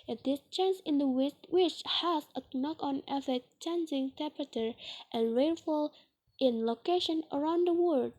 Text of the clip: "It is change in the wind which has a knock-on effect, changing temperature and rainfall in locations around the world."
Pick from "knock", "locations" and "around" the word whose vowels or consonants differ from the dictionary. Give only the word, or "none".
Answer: locations